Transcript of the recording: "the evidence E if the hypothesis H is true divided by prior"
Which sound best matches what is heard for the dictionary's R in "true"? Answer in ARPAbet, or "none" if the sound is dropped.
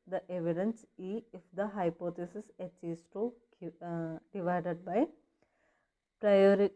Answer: none